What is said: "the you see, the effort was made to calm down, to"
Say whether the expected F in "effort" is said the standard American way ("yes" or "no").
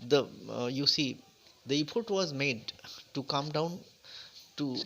no